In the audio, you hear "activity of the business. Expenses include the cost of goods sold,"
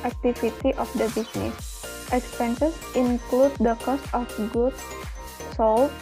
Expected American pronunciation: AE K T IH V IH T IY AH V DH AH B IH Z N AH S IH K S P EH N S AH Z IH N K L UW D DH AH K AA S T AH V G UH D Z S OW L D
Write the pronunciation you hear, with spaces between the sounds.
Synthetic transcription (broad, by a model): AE K T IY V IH T IY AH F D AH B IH S N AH S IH K S P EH N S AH S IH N K L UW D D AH K AA S T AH F G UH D S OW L